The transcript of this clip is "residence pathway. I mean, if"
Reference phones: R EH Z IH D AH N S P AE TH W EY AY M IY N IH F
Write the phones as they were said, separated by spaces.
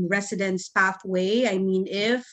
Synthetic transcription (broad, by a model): R EH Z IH D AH N S P AE TH W EY AY M IY N IH F